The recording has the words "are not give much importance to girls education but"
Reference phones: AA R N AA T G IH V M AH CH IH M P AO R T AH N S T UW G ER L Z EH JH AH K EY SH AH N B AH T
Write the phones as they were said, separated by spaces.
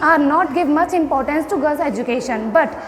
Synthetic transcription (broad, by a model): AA R N AA T G IH V M AH CH IH M P AO R T AH N S T UW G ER Z EH JH AH K EY SH AH N B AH T